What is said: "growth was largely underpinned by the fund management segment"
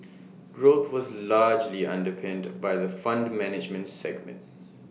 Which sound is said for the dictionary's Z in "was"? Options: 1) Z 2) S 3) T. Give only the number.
1